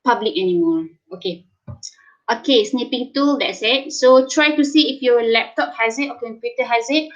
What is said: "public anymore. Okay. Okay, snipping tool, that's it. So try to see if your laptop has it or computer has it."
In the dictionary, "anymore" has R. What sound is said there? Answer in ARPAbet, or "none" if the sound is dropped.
L